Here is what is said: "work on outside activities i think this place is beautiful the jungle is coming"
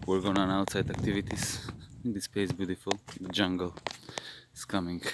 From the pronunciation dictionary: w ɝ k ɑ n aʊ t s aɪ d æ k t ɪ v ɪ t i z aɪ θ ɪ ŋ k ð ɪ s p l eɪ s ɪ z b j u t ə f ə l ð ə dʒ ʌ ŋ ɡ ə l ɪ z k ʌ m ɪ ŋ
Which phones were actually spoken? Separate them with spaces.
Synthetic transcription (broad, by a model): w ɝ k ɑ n aʊ t s aɪ d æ k t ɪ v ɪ t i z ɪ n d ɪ s p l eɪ ɪ s b j u t ə f ə l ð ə dʒ ʌ ŋ ɡ ə l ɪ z k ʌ m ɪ ŋ